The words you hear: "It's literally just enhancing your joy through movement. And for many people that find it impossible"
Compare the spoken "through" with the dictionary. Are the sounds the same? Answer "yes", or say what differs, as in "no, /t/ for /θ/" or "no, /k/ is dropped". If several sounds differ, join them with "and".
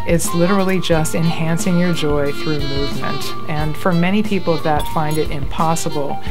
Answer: yes